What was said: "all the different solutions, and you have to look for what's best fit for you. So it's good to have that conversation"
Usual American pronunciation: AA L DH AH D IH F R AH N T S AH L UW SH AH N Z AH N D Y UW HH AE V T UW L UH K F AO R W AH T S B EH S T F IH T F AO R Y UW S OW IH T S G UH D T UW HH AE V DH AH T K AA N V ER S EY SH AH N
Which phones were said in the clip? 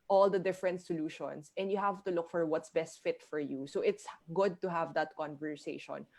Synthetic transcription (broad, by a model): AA L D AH D IH F R AH N T S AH L UW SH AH N S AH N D Y UW HH AE V T UW L UH K F AO R W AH T S B EH S T F IH T F AO R Y UW S OW IH T S G UH D T UW HH AE V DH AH T K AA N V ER S EY SH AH N